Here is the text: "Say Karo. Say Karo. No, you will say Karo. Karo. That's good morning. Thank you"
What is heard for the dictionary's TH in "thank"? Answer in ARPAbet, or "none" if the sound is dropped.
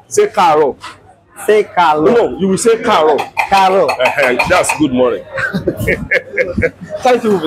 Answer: T